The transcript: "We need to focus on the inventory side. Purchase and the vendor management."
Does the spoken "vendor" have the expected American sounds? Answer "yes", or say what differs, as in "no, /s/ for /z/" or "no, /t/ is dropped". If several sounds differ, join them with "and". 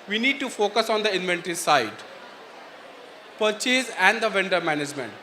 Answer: yes